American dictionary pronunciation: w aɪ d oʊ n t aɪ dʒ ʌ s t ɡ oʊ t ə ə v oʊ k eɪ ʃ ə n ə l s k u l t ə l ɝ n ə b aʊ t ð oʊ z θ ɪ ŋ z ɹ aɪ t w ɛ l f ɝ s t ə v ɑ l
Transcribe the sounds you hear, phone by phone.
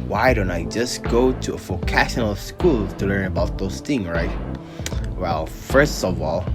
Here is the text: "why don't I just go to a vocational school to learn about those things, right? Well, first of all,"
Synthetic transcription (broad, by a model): w aɪ d oʊ n t aɪ dʒ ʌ s ɡ oʊ t ə ə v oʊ k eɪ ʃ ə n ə l s k u l t ə l ɝ n ə b aʊ t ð oʊ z θ ɪ ŋ z ɹ aɪ t w ɛ l f ɝ s t ə v ɑ l